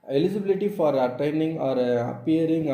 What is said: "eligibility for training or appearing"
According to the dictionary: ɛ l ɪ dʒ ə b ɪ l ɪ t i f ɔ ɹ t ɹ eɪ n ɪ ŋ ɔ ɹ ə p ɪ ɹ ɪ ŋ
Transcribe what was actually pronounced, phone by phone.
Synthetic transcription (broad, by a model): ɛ l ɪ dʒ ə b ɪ l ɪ t i f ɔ ɹ t eɪ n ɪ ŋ ɔ ɹ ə p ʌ ɹ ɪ ŋ